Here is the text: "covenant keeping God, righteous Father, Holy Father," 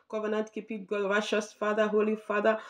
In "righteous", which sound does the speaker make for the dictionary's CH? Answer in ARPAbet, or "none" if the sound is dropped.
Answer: SH